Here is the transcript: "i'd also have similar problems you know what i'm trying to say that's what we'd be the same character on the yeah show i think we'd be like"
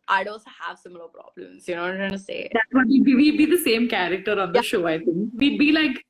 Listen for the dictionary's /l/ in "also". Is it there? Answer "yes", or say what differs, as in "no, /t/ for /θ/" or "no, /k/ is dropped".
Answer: no, /l/ is dropped